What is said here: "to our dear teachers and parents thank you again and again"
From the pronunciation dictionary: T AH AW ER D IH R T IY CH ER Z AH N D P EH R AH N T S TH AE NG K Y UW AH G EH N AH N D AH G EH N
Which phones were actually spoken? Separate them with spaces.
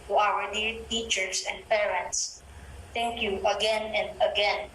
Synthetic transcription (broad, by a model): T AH AW ER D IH R T IY CH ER S AH N D P EH R AH N T S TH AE NG K Y UW AH G EH N AH N D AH G EH N